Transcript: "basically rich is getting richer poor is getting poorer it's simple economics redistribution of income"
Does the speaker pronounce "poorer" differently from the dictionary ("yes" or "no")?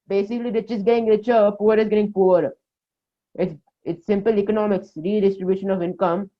yes